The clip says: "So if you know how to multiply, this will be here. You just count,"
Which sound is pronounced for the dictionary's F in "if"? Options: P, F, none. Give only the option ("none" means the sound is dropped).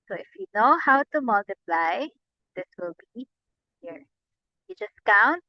F